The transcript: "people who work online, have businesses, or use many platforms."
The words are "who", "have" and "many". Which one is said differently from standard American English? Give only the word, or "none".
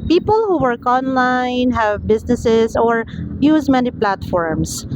none